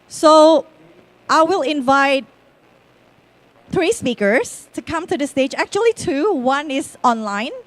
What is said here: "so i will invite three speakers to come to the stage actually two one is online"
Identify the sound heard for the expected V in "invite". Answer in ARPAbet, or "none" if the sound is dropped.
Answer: V